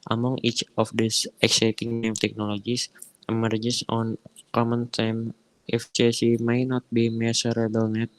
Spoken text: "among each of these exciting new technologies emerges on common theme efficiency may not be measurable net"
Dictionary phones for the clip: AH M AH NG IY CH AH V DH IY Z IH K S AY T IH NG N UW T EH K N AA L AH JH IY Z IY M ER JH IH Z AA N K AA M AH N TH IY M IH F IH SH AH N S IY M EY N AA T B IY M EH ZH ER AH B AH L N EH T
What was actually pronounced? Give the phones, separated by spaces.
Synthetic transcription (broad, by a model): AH M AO NG IY CH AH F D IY S IH K S AY T IH NG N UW T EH K N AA L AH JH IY S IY M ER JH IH S AA N K AA M AH N T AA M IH F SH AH S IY M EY N AA T B IY M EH S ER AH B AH L N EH T